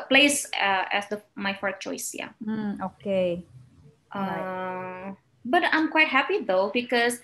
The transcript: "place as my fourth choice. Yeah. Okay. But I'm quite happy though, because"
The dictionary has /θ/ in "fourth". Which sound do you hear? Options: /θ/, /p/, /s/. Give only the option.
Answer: /s/